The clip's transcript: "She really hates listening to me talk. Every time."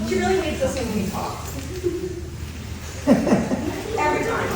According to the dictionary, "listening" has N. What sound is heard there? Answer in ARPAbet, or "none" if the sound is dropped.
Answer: none